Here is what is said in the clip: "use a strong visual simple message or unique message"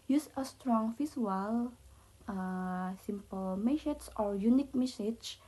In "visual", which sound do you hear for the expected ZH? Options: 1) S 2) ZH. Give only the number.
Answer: 1